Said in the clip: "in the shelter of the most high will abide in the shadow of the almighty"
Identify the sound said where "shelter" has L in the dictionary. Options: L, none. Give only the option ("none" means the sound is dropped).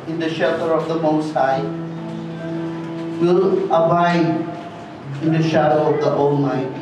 none